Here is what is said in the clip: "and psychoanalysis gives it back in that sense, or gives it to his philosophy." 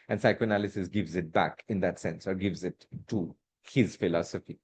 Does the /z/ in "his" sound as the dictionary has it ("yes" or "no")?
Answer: yes